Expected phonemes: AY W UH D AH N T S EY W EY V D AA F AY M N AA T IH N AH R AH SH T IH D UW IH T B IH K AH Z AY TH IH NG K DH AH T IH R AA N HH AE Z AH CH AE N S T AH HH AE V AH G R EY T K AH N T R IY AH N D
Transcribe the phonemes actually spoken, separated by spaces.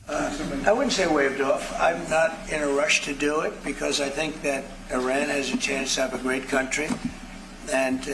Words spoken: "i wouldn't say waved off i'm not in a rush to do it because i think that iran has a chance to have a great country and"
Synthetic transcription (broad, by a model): AY W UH D N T S EY W EY V D AA F AY M N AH T IH N AH R AH SH T IH D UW IH T B IH K AH Z AY TH IH NG K DH AH T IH R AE N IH Z AH CH AE N S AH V AH G R EY T K AH N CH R IY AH N